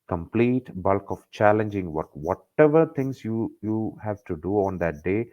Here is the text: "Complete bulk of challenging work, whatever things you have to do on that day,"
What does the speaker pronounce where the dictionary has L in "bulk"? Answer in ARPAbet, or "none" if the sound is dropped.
L